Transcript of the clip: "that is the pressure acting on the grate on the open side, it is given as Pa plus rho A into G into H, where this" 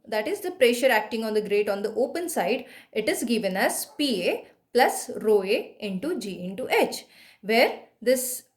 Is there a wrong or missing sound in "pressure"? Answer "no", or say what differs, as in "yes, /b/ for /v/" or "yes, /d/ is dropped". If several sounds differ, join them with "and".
no